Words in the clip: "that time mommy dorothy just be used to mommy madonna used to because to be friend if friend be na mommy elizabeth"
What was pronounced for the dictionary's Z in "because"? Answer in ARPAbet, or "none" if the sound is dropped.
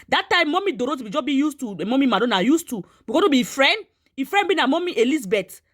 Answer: none